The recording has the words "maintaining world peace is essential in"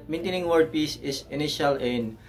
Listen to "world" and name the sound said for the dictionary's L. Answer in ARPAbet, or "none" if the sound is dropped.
none